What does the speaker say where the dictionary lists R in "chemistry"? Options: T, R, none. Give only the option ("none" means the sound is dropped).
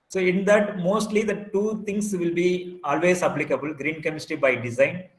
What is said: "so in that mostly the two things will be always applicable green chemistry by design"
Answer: none